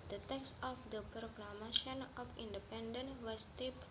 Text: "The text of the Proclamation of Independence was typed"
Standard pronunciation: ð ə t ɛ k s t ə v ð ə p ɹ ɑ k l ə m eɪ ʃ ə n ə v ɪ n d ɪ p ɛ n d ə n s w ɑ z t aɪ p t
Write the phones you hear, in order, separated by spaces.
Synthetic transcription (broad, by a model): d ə t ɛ k s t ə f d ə p ɹ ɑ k l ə m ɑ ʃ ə n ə f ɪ n d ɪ p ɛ n d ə n w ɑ s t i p